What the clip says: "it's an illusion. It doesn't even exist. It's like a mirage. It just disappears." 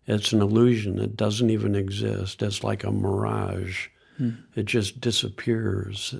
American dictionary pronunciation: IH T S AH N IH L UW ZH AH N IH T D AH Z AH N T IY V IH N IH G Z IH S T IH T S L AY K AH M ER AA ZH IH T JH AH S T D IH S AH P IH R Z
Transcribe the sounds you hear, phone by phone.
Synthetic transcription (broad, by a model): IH T S N IH L UW ZH AH N IH T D AH Z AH N T IY V IH N IH G Z IH S T IH T S L AY K AH M ER AA ZH IH T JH AH S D IH S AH P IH R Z